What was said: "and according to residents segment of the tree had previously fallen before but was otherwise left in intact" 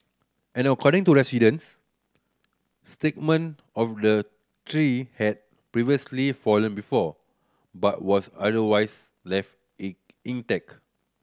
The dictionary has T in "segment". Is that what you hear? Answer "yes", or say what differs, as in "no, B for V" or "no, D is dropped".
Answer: no, T is dropped